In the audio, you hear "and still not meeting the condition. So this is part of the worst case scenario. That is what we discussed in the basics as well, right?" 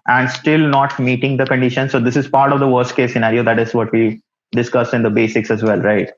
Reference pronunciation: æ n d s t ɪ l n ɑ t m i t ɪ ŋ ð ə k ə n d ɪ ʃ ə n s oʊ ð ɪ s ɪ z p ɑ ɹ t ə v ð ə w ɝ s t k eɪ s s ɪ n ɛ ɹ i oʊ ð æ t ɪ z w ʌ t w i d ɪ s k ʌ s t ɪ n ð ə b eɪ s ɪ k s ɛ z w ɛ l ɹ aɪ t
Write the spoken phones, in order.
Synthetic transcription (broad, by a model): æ n d s t ɪ l n ɑ t m i t ɪ ŋ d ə k ə n d ɪ ʃ ə n s oʊ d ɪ s ɪ z p ɑ ɹ t ə v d ə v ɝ s t k eɪ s s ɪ n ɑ ɹ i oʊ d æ t ɪ z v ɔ t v i d ɪ s k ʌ s ɪ n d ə b eɪ s ɪ k s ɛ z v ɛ l ɹ aɪ t